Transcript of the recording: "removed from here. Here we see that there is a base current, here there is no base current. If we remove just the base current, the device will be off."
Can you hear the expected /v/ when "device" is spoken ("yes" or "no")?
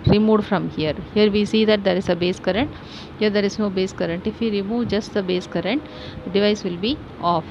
yes